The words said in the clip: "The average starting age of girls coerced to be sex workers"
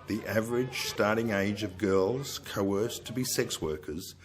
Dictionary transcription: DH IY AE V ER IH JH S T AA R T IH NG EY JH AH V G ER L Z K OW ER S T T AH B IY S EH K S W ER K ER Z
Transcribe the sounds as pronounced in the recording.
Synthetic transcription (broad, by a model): DH IY AE V ER IH JH S T AA R T IH NG EY JH AH V G ER L Z K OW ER S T T AH B IY S EH K S W ER K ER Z